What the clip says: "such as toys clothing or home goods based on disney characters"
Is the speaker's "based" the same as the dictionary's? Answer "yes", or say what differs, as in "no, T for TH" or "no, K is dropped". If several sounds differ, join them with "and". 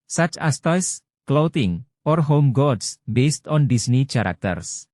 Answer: yes